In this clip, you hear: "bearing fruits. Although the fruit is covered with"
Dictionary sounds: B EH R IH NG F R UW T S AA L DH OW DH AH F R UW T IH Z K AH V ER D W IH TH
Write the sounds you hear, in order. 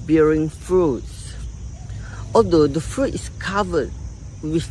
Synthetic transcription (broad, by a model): B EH R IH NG F R UW T S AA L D OW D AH F R UW T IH S K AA V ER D W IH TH